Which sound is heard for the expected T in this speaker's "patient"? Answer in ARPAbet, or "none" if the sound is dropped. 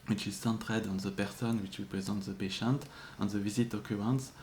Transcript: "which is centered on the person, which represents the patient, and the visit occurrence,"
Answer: T